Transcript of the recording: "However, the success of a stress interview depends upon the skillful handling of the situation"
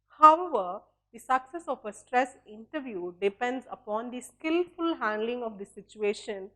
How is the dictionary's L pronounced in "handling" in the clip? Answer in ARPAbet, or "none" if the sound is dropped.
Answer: L